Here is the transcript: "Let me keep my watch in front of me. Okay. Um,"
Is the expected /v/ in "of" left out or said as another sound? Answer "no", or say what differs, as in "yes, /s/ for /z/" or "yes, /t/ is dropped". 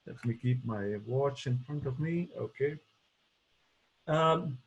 no